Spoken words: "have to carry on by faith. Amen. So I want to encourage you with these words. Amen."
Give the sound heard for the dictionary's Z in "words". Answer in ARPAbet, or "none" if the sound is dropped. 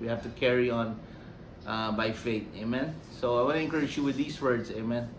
S